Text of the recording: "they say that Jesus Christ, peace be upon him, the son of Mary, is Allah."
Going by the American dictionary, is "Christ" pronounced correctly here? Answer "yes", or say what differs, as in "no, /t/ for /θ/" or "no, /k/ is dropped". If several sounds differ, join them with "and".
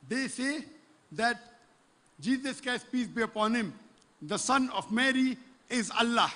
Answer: no, /ɹ/ is dropped